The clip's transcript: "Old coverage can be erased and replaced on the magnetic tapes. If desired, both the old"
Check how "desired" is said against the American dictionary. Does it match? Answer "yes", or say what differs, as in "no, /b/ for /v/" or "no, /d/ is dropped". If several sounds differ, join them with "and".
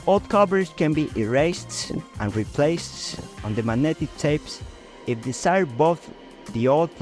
no, /s/ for /z/